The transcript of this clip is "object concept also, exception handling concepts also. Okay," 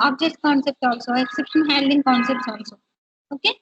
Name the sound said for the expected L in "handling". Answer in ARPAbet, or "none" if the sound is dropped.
none